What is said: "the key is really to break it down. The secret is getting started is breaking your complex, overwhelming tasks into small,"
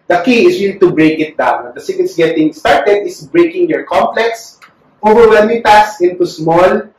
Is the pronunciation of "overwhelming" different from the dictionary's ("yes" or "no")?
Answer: yes